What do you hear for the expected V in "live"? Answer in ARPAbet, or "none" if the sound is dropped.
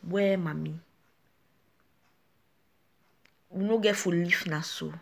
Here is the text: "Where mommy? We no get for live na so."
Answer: F